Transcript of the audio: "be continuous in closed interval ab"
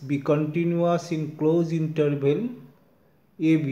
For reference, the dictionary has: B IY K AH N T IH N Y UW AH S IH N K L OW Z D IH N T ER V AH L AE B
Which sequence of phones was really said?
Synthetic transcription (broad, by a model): B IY K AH N T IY N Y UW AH S IH N K L OW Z IY N T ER B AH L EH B